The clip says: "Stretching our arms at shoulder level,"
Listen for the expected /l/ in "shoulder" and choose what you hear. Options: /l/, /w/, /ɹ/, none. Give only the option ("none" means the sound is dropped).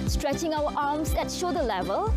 none